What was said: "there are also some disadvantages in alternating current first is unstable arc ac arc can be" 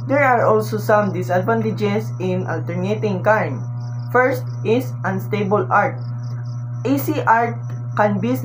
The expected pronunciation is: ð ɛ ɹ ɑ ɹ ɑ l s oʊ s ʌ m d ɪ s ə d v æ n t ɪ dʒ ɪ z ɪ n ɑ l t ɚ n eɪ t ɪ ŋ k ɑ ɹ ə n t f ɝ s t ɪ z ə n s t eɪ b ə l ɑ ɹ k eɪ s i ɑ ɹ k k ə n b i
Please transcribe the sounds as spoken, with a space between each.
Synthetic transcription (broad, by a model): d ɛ ɹ ɑ ɹ ɑ l s oʊ s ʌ m d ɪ s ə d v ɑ n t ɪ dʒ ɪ s ɪ n ɑ l t ɚ n eɪ t ɪ ŋ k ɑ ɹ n f ɝ s t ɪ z ə n s t eɪ b ə l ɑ ɹ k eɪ s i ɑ ɹ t k ə n b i